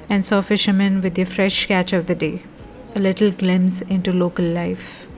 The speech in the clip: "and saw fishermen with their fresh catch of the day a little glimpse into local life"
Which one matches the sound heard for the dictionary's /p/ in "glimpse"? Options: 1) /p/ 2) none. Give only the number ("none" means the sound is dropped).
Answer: 2